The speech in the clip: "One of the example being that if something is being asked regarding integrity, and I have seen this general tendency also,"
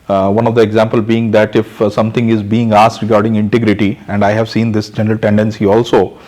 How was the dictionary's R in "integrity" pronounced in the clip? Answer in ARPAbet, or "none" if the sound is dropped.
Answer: R